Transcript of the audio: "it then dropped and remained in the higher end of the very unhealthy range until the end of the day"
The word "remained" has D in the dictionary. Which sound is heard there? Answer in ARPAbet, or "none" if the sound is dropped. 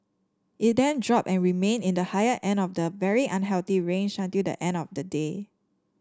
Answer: none